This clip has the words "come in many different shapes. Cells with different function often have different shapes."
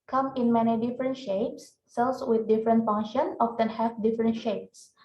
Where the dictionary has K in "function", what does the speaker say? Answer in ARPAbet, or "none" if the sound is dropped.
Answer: none